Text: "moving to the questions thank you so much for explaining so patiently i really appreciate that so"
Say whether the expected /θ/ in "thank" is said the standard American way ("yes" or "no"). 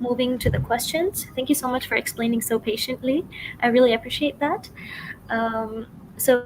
yes